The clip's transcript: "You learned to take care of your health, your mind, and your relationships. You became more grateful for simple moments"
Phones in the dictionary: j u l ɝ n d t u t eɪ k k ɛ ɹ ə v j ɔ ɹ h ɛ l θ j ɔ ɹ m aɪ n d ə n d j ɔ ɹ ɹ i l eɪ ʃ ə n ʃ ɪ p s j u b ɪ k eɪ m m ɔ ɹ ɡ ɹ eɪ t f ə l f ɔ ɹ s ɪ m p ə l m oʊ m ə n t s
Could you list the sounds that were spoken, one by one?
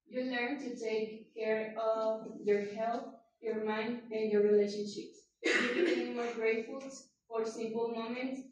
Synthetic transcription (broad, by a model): j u l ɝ n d t u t eɪ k k ɛ ɹ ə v j ɔ ɹ h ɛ l t j ɔ ɹ m aɪ n d ə n d j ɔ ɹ ɹ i l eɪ ʃ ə n ʃ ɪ p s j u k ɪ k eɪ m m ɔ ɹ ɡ ɹ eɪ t f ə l f ɔ ɹ s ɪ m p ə l m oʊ m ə n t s